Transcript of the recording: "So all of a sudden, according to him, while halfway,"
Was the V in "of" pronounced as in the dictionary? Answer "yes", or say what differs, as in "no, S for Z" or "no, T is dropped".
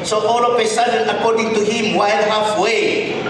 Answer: no, P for V